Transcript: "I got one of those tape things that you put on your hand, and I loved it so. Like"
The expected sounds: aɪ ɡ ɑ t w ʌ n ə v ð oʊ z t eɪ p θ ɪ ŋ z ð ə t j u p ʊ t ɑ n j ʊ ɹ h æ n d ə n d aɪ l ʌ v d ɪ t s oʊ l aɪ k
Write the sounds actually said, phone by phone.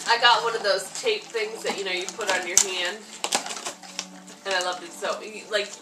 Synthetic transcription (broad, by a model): aɪ ɡ ɑ t w ʌ n ə v ð oʊ z t eɪ p θ ɪ ŋ z ð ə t j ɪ p ʊ t n j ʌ ɹ h æ n d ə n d aɪ l ʌ v d ɪ t s oʊ l aɪ k